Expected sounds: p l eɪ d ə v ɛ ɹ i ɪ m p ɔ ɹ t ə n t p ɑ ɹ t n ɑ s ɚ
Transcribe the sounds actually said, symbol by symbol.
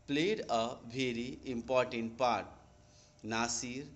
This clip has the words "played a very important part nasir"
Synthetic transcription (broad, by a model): p l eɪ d ə b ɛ ɹ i ɪ m p ɔ ɹ t ə n t p ɑ ɹ t n ɑ s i